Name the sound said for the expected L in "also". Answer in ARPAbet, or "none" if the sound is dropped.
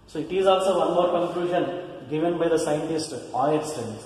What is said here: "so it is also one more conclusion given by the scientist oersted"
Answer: L